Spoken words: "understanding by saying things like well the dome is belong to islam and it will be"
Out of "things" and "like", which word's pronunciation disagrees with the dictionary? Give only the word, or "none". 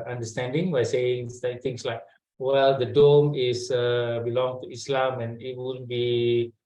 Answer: things